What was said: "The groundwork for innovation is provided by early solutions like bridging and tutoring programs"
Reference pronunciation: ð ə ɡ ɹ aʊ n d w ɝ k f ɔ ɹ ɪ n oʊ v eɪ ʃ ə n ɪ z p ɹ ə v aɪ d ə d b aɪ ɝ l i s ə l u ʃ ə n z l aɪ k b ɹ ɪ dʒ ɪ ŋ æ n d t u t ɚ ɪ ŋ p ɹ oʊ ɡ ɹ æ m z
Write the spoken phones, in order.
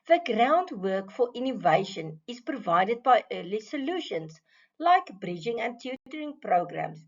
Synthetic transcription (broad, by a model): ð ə ɡ ɹ aʊ n d w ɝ k f ɔ ɹ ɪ n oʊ v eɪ ʃ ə n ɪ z p ɹ ə v aɪ d ə d b aɪ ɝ l i s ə l u ʃ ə n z l aɪ k b ɹ ɪ dʒ ɪ ŋ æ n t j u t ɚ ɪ ŋ p ɹ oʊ ɡ ɹ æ m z